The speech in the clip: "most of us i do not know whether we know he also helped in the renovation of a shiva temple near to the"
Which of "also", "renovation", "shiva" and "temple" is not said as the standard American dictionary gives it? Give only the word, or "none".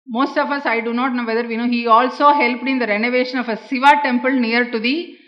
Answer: shiva